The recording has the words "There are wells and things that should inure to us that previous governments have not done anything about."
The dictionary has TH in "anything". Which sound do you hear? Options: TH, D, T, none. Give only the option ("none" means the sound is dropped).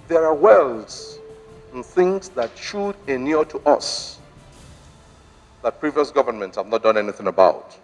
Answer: TH